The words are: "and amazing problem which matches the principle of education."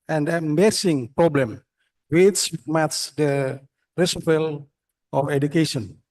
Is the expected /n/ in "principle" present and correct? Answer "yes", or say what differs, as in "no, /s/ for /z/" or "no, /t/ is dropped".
no, /n/ is dropped